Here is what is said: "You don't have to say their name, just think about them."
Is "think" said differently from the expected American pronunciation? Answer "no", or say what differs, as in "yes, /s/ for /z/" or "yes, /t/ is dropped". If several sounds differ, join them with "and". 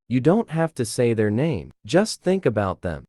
no